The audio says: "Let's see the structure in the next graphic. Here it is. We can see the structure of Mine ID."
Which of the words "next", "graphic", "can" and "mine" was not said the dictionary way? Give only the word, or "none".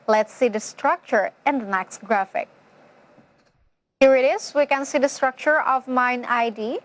none